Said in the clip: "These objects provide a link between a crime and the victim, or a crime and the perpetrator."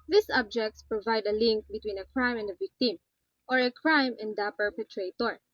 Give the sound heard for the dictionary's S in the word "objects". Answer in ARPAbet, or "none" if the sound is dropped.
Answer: S